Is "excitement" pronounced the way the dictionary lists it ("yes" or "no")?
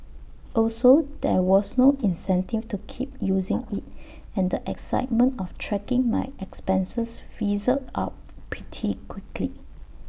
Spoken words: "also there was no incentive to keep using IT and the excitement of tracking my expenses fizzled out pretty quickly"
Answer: yes